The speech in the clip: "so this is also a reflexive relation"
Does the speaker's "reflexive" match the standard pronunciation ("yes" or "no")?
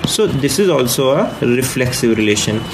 yes